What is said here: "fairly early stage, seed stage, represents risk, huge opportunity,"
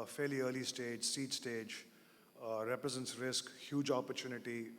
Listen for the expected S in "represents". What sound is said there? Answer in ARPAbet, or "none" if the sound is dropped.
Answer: S